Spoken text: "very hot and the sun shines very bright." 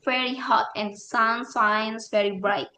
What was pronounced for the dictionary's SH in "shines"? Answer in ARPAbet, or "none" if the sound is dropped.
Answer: S